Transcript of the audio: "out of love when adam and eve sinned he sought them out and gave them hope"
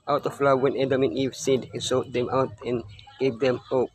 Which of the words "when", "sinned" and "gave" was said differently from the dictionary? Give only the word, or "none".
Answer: sinned